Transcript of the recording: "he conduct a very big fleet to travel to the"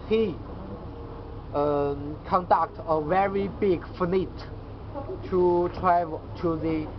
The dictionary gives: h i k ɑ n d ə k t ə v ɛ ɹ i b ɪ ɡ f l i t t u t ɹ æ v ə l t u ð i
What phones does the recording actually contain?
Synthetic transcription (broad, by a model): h i k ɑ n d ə k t ə v ɛ ɹ i b ɪ ɡ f n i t t u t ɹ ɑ ə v t u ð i